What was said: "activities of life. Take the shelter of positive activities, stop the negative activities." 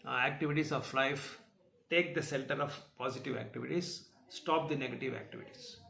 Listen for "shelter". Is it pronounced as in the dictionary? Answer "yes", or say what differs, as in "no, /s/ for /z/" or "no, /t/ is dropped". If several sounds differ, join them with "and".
no, /s/ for /ʃ/